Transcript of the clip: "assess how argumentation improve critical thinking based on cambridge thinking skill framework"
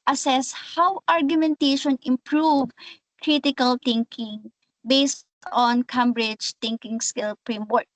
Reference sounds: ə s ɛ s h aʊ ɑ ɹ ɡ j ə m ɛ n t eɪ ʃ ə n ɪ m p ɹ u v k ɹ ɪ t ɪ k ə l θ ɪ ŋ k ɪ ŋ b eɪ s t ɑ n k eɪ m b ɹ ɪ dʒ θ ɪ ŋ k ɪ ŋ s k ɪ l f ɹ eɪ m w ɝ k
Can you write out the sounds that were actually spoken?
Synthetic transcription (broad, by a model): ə s ɛ s h aʊ ɑ ɹ ɡ j ə m ɛ n t eɪ ʃ ə n ɪ m p ɹ u v k ɹ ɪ t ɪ k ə l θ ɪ ŋ k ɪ ŋ b eɪ s t ɑ n k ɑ m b ɹ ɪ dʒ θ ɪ ŋ k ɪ ŋ s k ɪ l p ɹ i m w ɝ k